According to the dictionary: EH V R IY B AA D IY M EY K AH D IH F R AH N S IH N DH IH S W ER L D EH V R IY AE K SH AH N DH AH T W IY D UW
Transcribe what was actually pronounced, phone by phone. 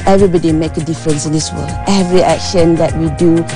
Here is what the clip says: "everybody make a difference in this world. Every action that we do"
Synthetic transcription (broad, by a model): EH V R IY B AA D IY M EY K AH D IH F R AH N S IH N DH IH S W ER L EH V R IY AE K SH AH N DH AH T W IY D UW